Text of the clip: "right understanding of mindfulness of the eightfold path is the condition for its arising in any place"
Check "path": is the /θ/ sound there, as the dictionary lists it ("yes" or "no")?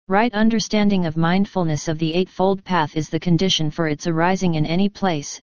yes